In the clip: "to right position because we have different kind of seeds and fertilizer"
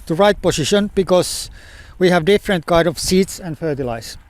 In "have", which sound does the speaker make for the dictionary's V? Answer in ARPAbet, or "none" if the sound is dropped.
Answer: V